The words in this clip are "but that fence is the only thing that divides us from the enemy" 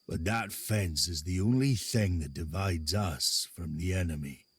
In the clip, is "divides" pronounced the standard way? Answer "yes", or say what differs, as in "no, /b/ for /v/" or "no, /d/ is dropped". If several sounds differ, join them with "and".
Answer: yes